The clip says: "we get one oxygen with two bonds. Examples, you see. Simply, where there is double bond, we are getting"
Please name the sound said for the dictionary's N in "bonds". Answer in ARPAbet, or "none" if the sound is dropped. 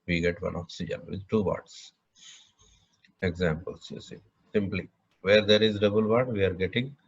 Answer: none